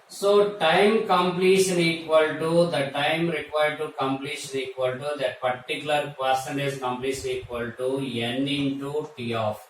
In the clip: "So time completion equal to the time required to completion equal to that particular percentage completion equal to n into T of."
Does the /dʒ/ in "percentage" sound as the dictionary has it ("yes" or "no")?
no